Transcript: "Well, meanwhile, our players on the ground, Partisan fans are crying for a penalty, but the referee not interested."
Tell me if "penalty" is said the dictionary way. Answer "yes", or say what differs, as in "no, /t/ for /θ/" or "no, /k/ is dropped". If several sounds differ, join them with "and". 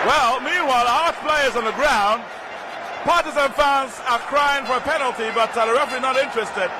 yes